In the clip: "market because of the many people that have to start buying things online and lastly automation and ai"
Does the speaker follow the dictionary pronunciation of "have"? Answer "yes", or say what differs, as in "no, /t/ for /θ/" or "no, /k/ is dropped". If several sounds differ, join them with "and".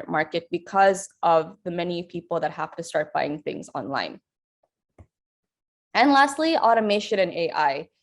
no, /f/ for /v/